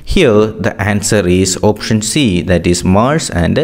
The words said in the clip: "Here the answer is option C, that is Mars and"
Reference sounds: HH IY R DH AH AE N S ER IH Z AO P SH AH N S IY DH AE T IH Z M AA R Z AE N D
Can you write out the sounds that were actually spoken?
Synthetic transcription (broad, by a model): HH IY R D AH AE N S ER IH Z AO P SH AH N S IY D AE T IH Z M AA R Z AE N D